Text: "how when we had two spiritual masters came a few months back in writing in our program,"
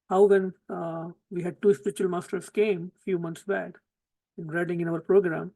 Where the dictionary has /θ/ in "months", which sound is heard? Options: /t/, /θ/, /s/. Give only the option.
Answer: /t/